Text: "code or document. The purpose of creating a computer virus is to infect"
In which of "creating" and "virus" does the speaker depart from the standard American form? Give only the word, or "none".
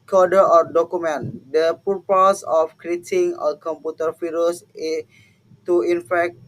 virus